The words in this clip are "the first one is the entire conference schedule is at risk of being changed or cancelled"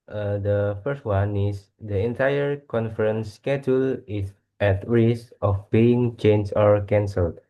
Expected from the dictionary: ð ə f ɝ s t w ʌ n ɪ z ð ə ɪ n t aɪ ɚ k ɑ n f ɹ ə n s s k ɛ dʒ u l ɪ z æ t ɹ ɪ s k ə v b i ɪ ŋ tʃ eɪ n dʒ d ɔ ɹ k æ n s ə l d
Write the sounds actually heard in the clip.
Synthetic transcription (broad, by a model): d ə f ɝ s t w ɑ n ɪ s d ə ɪ n t aɪ ɚ k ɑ n f ɹ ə n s s k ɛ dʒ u l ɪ s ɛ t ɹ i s ə f b i ɪ ŋ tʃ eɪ n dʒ ɔ ɹ k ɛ n s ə l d